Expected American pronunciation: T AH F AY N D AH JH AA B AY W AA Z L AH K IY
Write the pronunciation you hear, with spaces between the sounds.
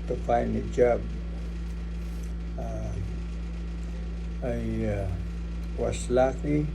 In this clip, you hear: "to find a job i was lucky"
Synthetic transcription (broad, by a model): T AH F AY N AH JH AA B AY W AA S L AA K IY